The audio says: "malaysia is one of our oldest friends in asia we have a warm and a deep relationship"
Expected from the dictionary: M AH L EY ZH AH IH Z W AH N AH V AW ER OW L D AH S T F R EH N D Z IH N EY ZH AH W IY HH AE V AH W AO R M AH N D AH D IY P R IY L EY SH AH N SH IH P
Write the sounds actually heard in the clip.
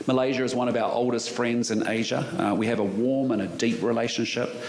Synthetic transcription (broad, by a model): M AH L EY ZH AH IH Z W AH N AH V AW ER OW L D AH S T F R EH N D Z IH N EY ZH AH W IY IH V AH W AO R M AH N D AH D IY P R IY L EY SH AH N SH IH P